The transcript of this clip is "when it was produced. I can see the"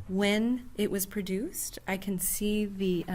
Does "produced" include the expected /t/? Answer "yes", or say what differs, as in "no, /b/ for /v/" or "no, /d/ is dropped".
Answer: yes